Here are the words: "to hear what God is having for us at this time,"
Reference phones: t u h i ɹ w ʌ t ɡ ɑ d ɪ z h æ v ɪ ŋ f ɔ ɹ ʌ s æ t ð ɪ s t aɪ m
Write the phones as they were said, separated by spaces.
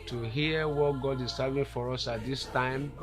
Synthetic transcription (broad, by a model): t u h i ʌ w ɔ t ɡ ɑ d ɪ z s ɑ v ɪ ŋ f ɔ ɹ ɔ s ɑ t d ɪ s t aɪ m